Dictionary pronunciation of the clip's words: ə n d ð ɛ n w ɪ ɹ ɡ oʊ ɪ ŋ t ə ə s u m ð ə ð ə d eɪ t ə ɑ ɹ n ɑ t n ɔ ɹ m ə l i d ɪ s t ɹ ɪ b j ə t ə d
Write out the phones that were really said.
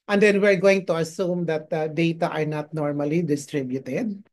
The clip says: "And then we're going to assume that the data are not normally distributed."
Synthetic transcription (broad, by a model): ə n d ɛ n w ɪ ɹ ɡ oʊ ɪ ŋ t ə ə s u m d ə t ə d eɪ t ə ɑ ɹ n ɑ t n ɔ ɹ m ə l i d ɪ s t ɹ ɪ b j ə t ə d